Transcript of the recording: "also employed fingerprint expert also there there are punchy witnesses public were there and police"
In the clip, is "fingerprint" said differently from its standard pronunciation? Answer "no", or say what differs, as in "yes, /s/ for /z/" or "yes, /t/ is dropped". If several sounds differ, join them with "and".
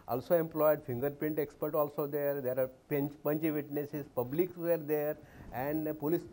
yes, /ɹ/ is dropped